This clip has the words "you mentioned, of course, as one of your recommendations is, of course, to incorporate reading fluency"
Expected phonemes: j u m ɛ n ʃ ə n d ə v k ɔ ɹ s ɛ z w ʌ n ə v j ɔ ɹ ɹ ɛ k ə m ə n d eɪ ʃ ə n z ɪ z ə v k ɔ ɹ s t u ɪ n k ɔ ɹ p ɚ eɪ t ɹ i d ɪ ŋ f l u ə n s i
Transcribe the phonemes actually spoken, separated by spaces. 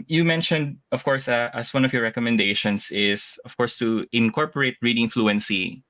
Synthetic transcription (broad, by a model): j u m ɛ n ʃ ə n d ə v k ɔ ɹ s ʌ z w ʌ n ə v j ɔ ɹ ɹ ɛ k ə m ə n d eɪ ʃ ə n s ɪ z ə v k ɔ ɹ s t u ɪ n k ɔ ɹ p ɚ eɪ t ɹ i d ɪ ŋ f l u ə n s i